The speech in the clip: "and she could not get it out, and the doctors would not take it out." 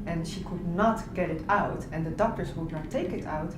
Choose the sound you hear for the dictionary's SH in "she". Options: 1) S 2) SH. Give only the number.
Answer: 2